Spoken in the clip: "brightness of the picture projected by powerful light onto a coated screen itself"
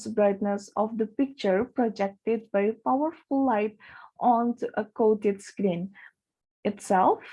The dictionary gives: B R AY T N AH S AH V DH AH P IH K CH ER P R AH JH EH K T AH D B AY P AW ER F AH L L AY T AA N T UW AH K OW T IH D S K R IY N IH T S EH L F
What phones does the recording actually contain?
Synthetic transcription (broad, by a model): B R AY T N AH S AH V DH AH P IH K CH ER P R AH JH EH K T AH D B AY P AW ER F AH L L AY T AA N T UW AH K OW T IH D S K R IY N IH T S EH L F